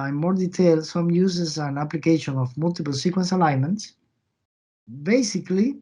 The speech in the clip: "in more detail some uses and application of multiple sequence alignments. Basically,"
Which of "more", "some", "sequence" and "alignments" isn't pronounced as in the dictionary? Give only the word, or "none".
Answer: none